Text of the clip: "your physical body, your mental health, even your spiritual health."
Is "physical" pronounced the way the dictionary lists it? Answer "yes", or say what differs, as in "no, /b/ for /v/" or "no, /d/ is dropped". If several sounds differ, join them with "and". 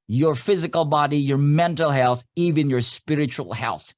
yes